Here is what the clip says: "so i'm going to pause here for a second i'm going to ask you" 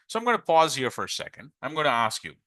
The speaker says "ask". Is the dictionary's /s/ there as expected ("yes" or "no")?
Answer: yes